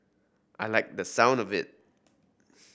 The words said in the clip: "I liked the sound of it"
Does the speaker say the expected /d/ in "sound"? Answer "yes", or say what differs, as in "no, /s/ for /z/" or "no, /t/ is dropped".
yes